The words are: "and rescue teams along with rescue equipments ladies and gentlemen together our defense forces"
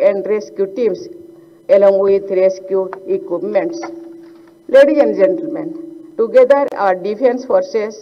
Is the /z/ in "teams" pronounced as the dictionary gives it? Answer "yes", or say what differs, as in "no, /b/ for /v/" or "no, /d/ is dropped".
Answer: no, /s/ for /z/